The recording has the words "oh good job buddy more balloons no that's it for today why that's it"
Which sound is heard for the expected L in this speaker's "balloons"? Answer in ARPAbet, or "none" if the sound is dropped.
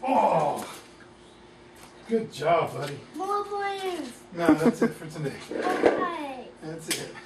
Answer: none